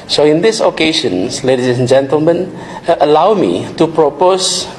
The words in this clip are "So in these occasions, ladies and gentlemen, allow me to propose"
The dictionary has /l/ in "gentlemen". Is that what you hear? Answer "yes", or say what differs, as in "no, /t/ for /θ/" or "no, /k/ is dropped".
yes